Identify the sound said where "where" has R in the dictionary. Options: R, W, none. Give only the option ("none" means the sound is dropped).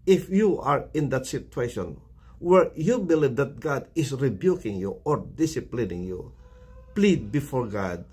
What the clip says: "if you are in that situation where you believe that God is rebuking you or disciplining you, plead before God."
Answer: R